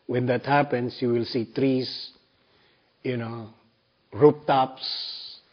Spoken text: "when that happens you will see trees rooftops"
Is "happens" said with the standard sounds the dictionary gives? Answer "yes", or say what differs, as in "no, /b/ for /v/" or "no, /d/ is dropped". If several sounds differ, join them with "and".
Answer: no, /s/ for /z/